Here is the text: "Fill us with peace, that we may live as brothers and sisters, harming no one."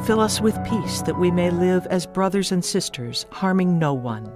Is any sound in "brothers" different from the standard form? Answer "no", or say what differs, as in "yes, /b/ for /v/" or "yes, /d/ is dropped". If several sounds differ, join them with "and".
no